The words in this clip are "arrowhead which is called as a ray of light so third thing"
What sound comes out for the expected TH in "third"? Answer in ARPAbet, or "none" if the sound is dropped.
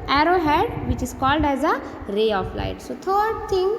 T